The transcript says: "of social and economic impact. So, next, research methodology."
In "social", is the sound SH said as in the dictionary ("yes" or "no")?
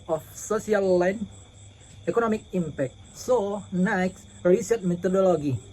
no